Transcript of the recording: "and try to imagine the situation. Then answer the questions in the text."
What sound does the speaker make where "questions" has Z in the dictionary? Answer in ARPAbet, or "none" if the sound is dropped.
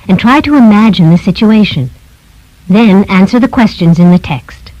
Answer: Z